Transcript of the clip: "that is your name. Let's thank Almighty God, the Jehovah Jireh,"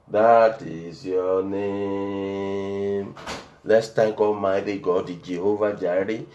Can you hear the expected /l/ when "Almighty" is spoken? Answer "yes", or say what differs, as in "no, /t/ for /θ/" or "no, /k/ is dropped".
no, /l/ is dropped